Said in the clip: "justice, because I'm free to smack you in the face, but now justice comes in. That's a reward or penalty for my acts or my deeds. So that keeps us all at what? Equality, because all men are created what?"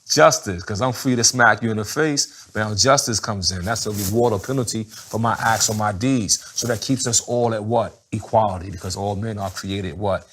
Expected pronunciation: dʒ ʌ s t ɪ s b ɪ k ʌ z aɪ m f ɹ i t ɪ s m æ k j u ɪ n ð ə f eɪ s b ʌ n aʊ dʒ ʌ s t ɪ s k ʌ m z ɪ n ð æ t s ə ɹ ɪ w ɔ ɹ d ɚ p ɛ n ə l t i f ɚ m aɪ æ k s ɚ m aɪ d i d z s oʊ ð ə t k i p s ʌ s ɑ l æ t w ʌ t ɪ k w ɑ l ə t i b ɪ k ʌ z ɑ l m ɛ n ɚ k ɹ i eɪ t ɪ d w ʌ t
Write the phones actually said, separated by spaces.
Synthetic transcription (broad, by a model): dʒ ʌ s t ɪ s k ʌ z aɪ m f ɹ i t ɪ s m æ k j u ɪ n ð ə f eɪ s b ʌ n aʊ dʒ ʌ s t ɪ s k ʌ m z ɪ n ð æ t s ə ɹ ɪ w ɔ ɹ d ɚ p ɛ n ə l t i f ɚ m aɪ æ k s ɚ m aɪ d i d z s oʊ ð ə t k i p s ʌ s ɑ l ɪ t w ʌ t ɪ k w ɑ l ə t i b ɪ k ʌ z ɑ l m ɛ n ɚ k ɹ i eɪ t ɪ d w ʌ t